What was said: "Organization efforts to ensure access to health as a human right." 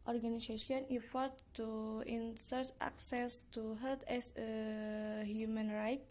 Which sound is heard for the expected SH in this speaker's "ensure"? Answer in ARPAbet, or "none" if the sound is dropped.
S